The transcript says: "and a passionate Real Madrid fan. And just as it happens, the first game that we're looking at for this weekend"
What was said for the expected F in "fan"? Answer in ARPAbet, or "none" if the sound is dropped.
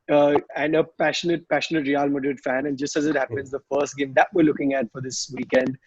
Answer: F